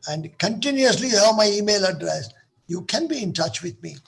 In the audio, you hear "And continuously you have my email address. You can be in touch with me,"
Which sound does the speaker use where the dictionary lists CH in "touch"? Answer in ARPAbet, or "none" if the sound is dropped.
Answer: CH